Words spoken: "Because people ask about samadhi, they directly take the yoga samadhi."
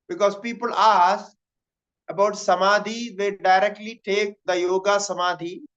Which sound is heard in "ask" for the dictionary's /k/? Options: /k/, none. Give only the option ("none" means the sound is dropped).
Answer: none